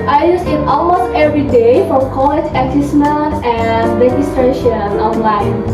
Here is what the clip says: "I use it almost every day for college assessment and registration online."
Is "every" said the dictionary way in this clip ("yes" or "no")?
yes